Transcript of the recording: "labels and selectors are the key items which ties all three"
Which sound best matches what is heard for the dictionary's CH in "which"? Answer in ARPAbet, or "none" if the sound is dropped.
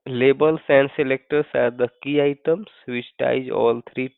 S